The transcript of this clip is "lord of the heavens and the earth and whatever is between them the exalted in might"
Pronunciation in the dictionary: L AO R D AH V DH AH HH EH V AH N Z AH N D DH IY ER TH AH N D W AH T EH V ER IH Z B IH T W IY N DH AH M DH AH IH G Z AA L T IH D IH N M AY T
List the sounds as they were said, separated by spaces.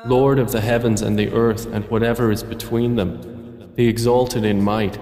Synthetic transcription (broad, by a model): L AO R D AH V DH AH HH EH V AH N Z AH N DH IY ER TH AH N W AH T EH V ER IH Z B IH T W IY N DH AH M DH AH IH G Z AA L T IH D IH N M AY T